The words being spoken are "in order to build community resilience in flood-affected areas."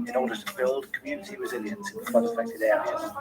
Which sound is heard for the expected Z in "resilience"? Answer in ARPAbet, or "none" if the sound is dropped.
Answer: Z